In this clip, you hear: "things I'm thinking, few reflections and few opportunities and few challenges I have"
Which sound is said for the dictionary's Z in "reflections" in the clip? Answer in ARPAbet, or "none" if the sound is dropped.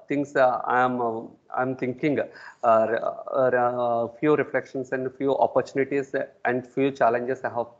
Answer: S